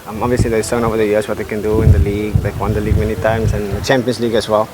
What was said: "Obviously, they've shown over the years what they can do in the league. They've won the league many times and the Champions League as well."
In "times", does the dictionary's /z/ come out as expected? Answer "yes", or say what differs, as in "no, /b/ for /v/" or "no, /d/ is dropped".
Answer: no, /s/ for /z/